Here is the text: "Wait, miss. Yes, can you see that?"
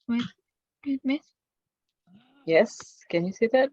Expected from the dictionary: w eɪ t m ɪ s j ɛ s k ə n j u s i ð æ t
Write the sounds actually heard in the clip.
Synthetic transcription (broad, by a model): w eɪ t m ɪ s j ɛ s k ə n j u s i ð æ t